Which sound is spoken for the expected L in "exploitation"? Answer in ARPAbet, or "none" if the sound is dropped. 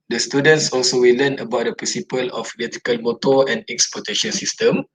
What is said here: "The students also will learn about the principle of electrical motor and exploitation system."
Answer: none